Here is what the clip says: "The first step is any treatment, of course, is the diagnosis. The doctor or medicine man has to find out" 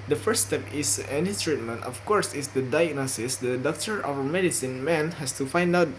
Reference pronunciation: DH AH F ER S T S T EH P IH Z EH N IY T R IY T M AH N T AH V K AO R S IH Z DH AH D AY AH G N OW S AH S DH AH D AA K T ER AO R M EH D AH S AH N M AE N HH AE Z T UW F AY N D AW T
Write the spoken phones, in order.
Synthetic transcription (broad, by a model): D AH F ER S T S T EH P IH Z EH N IY T R IY T M AH N T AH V K AO R S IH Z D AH D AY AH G N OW S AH S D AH D AA K T ER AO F M EH D AH S AH N M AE N HH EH S T UW F AY N D AW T